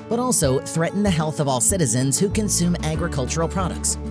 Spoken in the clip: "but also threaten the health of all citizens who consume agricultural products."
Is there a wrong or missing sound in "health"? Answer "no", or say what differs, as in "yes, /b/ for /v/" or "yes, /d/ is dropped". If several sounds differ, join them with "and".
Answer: no